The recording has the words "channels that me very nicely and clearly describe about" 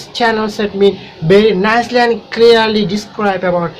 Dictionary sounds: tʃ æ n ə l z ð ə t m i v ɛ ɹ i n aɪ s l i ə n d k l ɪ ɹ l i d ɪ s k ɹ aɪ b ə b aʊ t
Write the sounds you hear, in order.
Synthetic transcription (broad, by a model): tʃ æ n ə l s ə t m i b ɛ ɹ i n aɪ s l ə n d k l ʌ ɹ l i d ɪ s k ɹ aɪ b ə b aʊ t